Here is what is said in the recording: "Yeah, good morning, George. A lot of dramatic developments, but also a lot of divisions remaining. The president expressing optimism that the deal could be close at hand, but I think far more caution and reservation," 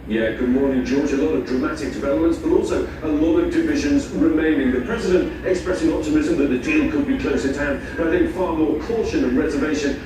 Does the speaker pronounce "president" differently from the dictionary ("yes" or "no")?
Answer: no